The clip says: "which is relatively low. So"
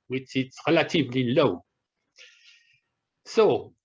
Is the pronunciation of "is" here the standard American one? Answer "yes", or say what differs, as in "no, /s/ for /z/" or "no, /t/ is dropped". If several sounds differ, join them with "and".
no, /s/ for /z/